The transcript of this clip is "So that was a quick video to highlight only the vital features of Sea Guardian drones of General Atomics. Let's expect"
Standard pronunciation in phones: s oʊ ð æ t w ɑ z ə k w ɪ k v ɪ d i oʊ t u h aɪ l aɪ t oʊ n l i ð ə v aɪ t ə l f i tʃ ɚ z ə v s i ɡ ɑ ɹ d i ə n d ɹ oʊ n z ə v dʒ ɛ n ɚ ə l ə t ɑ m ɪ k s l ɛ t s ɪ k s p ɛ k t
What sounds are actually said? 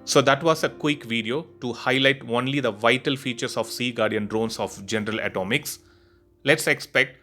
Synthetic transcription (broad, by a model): s oʊ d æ t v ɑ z ə k w ɪ k v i d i oʊ t u h aɪ l aɪ t oʊ n l i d ə v aɪ t ə l f i tʃ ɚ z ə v s i ɡ ɑ ɹ d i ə n d ɹ oʊ n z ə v dʒ ɛ n ɚ ə l ə t ɑ m ɪ k s l ɛ t s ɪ k s p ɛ k t